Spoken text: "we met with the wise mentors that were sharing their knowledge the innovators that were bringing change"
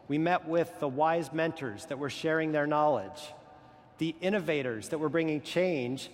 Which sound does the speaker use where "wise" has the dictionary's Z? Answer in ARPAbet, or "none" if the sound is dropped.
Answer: Z